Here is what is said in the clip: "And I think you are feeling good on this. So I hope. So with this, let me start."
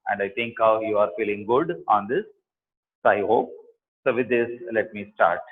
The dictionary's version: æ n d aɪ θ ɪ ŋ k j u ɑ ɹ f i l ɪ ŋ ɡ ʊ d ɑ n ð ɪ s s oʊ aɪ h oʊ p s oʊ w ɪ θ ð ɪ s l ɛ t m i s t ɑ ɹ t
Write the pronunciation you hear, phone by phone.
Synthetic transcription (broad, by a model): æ n d aɪ t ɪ ŋ k j u ɑ ɹ f i l ɪ ŋ ɡ ʊ d ɑ n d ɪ s s oʊ aɪ h oʊ p s oʊ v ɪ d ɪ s l ɛ t m i s t ɑ ɹ t